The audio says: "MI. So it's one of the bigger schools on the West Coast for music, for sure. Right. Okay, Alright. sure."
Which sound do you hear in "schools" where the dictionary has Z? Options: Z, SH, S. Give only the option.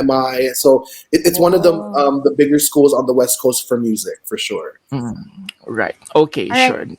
Z